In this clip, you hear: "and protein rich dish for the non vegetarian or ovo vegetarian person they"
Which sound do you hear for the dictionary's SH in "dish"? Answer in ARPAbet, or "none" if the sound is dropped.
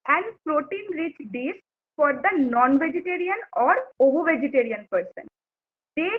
S